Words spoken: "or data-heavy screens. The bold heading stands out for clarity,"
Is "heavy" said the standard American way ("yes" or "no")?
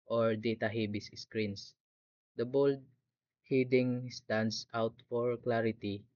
no